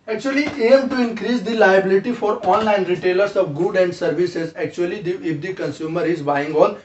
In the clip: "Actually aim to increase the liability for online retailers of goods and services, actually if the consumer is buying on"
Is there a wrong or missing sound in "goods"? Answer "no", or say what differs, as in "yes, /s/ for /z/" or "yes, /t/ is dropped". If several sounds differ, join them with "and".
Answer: yes, /z/ is dropped